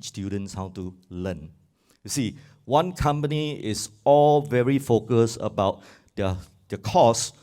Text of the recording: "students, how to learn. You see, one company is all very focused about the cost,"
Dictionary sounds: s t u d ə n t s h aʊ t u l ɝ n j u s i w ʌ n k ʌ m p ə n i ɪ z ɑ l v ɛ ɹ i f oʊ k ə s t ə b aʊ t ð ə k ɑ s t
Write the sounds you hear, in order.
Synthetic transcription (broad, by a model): s t u d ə n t s h aʊ t u l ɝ n j u s i w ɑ n k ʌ m p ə n i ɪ s ɑ l v ɛ ɹ i f oʊ k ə s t ə b aʊ t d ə k ɑ s